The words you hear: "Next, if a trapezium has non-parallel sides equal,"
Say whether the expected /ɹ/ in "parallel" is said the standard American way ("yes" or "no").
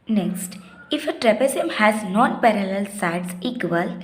yes